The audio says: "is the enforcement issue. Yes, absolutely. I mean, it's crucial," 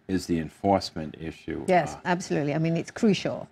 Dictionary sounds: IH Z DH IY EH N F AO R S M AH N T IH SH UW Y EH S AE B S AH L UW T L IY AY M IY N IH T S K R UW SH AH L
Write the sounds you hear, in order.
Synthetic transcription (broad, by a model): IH Z DH IY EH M F AO R S M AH N T IH SH UW Y EH S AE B S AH L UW T L IY AY M IY N IH T S K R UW SH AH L